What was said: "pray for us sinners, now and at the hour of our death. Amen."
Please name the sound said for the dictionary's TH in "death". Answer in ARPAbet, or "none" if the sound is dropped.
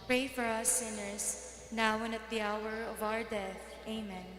TH